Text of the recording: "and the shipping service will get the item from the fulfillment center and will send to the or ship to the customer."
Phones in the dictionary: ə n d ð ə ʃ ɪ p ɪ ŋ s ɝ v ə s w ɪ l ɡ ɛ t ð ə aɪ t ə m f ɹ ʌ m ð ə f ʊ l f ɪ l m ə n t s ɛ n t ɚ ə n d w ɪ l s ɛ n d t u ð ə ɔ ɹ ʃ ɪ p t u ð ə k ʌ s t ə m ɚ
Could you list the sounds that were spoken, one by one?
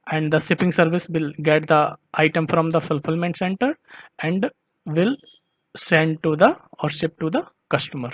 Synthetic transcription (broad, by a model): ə n d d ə s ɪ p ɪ ŋ s ɝ v ə s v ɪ l ɡ ɛ t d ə aɪ t ə m f ɹ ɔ m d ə f ʊ l f ɪ l m ə n t s ɛ n t ɚ ə n d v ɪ l s ɛ n d t u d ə ɔ ɹ s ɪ p t u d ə k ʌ s t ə m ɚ